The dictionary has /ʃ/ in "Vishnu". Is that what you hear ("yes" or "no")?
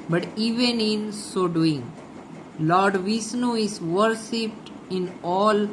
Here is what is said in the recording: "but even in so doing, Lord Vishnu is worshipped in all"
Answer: no